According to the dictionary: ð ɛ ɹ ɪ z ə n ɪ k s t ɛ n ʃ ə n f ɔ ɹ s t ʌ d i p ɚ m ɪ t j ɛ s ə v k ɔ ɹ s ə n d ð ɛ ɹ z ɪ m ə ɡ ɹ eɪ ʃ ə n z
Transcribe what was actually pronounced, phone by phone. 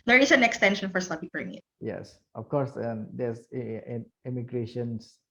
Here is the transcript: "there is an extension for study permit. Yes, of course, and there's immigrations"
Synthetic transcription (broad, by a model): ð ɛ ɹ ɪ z ə n ɪ k s t ɛ n ʃ ə n f ɔ ɹ s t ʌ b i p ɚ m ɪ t j ɛ s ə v k ɔ ɹ s ə n d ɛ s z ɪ m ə ɡ ɹ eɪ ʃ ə n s